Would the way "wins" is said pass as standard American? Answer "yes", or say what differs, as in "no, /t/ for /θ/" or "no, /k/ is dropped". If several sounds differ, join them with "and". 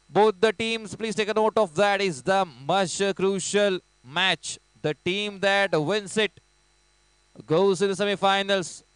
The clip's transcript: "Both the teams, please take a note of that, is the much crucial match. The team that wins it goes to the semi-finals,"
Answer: no, /s/ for /z/